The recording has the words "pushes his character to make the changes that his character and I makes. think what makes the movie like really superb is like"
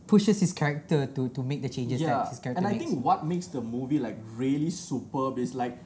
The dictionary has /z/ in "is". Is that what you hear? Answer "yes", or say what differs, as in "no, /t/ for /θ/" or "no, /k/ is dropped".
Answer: no, /s/ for /z/